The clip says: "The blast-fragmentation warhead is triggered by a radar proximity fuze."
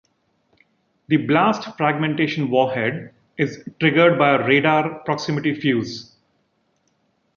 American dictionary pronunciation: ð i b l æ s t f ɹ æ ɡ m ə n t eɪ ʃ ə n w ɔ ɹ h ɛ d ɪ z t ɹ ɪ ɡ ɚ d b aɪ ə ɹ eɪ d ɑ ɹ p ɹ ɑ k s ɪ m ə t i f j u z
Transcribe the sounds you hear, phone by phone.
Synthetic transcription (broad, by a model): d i b l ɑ s t f ɹ æ ɡ m ə n t eɪ ʃ ə n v ɔ h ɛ d ɪ z t ɹ ɪ ɡ ɚ d b aɪ ə ɹ eɪ d ɑ ɹ p ɹ ɑ k s ɪ m ə t i f j u z